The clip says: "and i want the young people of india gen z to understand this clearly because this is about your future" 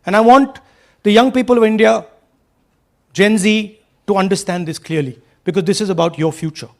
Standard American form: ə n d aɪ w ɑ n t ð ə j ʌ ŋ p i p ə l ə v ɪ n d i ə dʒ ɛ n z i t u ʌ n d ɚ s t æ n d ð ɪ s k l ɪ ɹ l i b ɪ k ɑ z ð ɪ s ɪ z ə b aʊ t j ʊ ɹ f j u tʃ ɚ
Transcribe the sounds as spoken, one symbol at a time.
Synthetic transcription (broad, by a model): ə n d aɪ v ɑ n t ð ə j ʌ ŋ p i p ə l ə v ɪ n d i ə dʒ ɛ n z i t u ʌ n d ɚ s t æ n d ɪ s k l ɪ ɹ l i b ɪ k ɑ z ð ɪ s ɪ z ə b aʊ t j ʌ ɹ f j u tʃ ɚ